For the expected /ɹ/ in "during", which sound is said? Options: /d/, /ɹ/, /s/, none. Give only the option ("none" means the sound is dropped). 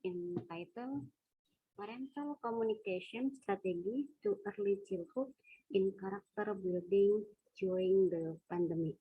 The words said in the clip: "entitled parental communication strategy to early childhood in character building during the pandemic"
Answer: none